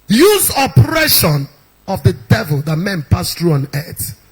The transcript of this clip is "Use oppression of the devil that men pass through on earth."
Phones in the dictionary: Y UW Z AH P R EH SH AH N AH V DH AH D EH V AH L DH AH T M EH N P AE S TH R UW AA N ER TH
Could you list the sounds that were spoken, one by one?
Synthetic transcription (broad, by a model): Y UW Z AH P R EH SH AH N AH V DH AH D EH V AH L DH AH T M EH N P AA S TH R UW AA N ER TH